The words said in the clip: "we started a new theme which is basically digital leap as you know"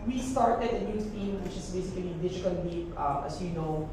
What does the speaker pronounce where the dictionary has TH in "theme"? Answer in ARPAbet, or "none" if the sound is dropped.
T